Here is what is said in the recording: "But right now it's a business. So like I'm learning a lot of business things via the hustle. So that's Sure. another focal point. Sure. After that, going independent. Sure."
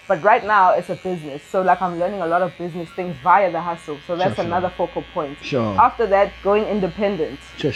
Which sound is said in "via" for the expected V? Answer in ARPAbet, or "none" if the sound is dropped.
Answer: V